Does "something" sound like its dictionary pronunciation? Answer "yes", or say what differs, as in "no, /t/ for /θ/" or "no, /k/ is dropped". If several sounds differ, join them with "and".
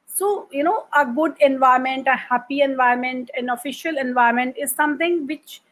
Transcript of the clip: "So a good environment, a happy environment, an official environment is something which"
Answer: no, /t/ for /θ/